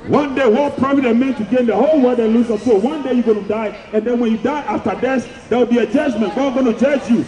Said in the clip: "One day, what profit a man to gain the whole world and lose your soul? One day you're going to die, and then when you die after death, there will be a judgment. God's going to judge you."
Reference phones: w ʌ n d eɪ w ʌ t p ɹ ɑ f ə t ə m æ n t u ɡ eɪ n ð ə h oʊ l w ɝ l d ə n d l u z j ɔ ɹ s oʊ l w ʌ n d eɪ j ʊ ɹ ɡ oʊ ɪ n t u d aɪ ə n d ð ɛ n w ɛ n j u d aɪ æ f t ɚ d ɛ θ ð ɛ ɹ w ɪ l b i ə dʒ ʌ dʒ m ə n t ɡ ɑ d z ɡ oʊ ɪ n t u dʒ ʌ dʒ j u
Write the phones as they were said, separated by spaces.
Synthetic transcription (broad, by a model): w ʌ n d eɪ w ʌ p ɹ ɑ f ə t ə m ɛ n t u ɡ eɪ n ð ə h oʊ l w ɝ d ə l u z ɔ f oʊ w ʌ n d eɪ j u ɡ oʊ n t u d aɪ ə n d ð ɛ n w ɛ n j u d aɪ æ f t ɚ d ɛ s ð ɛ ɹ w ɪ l b i ə dʒ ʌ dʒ m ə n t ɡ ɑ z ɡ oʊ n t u dʒ ʌ dʒ j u